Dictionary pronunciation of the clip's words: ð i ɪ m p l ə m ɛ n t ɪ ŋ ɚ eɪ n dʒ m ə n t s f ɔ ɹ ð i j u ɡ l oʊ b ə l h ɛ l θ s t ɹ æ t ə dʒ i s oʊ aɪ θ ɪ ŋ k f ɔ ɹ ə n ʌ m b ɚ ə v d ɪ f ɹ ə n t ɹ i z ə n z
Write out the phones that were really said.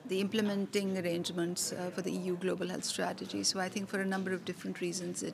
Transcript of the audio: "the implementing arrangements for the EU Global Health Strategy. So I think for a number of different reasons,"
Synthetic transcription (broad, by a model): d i ɪ m p l ə m ɛ n t ɪ ŋ ɚ eɪ n dʒ m ə n t s f ɔ ɹ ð i j u ɡ l oʊ b ə l h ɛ l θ s t ɹ æ t ə dʒ i s oʊ aɪ t ɪ ŋ k f ɔ ɹ ə n ʌ m b ɚ ə v d ɪ f ɹ ə n t ɹ i z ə n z